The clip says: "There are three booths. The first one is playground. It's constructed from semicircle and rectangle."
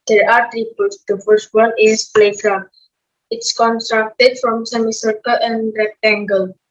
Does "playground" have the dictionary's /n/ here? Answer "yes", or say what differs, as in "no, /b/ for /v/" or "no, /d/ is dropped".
no, /n/ is dropped